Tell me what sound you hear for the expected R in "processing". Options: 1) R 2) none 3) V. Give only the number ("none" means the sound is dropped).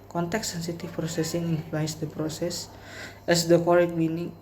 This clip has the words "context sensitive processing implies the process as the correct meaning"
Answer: 1